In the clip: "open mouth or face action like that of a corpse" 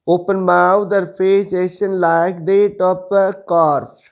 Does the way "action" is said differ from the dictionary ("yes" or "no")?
yes